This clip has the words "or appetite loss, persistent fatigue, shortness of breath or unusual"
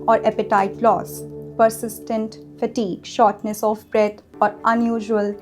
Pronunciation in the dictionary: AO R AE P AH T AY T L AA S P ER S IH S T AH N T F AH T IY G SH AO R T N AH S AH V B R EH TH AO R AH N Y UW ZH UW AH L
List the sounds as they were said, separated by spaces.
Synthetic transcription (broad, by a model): AO R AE P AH T AY T L AA S P ER S IH S T AH N T F AH T IY G SH AO R T N AH S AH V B R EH T AO R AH N Y UW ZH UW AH L